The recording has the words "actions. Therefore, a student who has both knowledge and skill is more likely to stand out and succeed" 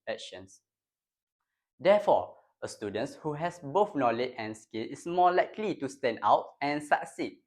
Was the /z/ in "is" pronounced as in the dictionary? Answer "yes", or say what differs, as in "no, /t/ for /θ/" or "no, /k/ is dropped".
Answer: no, /s/ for /z/